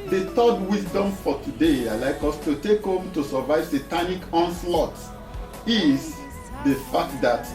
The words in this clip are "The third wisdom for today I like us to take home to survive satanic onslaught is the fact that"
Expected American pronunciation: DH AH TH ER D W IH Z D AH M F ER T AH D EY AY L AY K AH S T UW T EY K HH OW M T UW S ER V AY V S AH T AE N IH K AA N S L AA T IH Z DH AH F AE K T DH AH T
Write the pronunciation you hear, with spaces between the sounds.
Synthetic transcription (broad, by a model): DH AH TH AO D W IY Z D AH M F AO T AH D EY AY L AY K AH S T UW T EY K HH OW M T UW S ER V AY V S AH T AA N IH K AA N S L AA T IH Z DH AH F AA K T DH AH T